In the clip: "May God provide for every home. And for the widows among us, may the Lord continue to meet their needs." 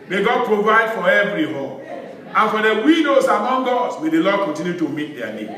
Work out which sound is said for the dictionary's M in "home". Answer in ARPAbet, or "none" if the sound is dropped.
none